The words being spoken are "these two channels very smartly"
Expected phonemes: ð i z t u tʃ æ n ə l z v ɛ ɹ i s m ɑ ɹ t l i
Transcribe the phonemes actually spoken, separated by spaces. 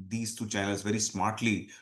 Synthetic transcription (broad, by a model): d i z t u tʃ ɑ ə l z v ɛ ɹ i s m ɑ ɹ t l i